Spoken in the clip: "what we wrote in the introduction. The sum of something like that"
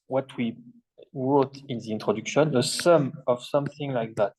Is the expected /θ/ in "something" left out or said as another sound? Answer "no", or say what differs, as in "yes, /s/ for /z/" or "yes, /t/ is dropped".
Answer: no